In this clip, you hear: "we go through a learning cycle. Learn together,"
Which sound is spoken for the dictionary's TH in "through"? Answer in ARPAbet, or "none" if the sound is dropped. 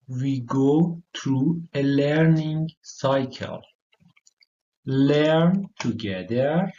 T